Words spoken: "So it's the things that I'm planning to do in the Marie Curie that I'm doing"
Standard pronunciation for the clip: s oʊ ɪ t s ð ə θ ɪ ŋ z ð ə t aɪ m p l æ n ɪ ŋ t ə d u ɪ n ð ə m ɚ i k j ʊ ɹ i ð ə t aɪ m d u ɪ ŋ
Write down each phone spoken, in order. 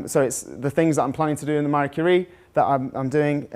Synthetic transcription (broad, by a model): s oʊ ɪ t s ð ə θ ɪ ŋ z ð ə t aɪ p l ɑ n ɪ ŋ t ə d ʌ ɪ n ð ə m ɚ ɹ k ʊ ɹ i ð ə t aɪ m d u ɪ ŋ